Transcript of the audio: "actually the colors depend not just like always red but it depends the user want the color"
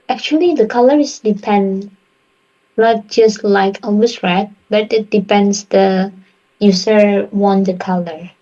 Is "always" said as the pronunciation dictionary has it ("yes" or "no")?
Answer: no